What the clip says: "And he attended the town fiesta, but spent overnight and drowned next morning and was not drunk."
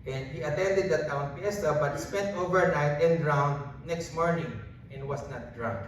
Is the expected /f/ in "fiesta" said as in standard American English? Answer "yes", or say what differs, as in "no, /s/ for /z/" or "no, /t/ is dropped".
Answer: no, /p/ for /f/